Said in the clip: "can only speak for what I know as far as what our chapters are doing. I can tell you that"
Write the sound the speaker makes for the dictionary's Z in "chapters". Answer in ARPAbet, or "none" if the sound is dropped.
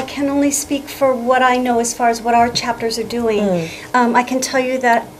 Z